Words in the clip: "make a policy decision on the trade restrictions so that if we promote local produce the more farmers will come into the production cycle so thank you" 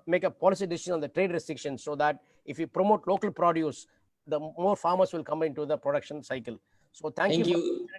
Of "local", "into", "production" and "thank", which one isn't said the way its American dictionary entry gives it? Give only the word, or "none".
thank